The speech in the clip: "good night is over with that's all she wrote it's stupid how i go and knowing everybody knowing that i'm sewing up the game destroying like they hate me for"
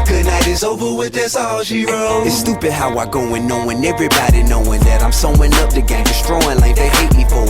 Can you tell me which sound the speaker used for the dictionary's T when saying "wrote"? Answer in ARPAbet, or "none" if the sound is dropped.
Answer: none